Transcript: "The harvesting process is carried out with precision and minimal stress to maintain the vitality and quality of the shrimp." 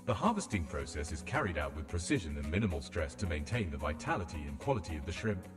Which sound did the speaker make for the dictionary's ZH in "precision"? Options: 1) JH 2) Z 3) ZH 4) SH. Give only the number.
3